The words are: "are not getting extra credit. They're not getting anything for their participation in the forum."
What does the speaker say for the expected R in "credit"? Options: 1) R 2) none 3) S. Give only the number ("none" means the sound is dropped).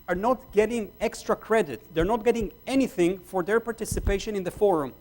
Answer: 1